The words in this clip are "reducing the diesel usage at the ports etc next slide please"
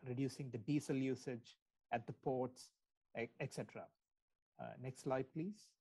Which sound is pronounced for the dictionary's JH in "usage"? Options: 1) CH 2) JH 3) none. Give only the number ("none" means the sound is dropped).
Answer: 2